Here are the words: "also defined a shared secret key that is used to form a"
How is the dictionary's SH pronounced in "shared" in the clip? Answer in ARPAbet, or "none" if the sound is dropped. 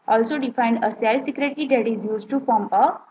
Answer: S